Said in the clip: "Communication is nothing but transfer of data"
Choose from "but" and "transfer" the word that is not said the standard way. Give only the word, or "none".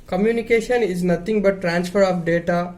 none